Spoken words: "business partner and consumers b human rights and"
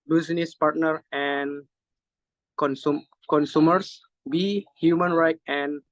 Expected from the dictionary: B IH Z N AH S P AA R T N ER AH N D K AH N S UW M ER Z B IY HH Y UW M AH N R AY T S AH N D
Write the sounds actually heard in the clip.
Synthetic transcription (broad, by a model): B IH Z N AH S P AA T N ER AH N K K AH N S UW M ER S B IY HH Y UW M AH N R AY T AH N